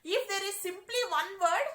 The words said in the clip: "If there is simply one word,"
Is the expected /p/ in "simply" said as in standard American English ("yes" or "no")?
yes